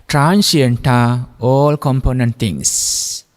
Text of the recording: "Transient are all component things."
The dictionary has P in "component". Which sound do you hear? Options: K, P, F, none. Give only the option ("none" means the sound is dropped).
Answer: P